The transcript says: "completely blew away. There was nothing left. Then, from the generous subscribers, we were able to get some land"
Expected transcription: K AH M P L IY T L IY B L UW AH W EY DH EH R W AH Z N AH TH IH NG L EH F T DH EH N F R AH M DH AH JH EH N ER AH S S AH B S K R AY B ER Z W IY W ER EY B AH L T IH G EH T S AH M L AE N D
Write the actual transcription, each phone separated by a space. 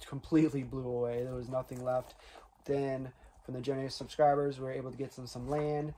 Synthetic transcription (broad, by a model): K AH M P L IY T L IY B L UW AH W EY DH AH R W AH Z N AH TH IH NG L EH F T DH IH N F R AH M DH AH JH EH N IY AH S S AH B S K R AY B ER Z W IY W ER EY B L T IH G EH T S AH M L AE N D